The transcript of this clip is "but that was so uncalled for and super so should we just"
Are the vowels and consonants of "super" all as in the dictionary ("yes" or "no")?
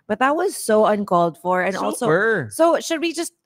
no